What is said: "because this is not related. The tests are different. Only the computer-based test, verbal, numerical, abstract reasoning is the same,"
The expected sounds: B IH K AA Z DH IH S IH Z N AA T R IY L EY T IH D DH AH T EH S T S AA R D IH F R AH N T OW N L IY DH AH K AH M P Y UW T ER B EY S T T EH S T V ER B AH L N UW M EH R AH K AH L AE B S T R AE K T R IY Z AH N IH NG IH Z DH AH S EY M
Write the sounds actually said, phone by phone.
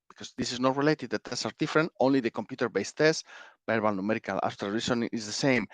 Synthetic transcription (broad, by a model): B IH K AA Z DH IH S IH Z N AA T R IY L EY T IH D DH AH T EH S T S AA R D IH F R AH N T OW N L IY DH AH K AH M P Y UW T ER B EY S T T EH S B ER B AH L N UW M EH R AH K AH L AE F T AH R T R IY S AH N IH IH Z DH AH S EY M